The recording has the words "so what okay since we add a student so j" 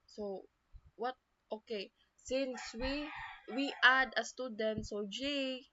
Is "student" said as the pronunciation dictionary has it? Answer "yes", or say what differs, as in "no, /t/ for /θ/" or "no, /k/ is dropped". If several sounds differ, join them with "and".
yes